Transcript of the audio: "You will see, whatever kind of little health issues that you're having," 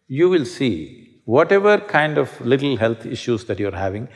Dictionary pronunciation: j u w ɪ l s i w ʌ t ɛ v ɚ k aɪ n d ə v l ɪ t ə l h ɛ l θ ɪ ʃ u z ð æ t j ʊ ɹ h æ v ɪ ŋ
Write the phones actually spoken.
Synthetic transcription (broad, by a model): j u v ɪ l s i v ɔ t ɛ v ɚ k aɪ n d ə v l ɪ t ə l h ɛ l t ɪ ʃ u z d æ t j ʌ ɹ h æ v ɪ ŋ